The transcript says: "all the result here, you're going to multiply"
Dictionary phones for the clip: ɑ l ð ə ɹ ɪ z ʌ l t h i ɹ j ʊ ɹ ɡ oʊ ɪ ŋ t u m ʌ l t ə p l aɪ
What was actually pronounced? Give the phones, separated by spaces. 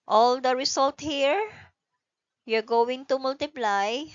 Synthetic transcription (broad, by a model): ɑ l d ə ɹ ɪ s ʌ l t h i ɹ j ʊ ɹ ɡ oʊ ɪ ŋ t u m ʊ l t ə p l aɪ